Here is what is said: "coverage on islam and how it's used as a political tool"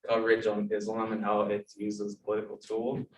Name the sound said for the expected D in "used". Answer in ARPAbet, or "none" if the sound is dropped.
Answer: none